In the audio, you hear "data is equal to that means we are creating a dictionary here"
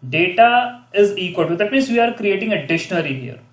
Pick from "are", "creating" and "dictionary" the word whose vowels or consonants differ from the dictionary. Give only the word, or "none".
dictionary